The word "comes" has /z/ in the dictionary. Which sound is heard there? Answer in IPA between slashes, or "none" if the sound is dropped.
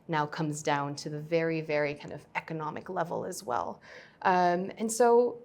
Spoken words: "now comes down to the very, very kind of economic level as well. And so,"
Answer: /z/